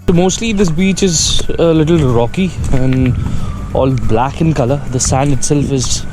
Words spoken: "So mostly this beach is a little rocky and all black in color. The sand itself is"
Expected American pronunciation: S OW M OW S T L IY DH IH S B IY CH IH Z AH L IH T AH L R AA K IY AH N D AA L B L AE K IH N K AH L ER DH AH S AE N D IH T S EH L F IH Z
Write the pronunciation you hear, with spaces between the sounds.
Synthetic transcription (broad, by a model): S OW M OW S T L IY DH IH S B IY CH IH Z AH L IH T AH L R AA K IY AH N AA L B L AE K IH N K AH L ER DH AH S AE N IH T S EH L F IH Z